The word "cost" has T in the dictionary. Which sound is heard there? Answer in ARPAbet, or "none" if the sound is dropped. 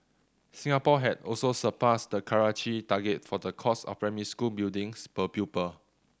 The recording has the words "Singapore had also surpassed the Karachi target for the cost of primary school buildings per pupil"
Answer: none